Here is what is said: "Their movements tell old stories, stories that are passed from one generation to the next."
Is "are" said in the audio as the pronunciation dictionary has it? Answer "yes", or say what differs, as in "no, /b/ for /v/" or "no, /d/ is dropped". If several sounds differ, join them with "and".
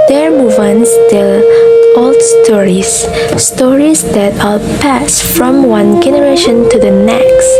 no, /l/ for /ɹ/